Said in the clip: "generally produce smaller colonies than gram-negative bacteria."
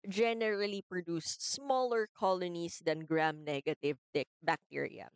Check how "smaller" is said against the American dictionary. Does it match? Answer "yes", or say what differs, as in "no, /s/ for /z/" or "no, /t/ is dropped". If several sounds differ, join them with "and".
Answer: yes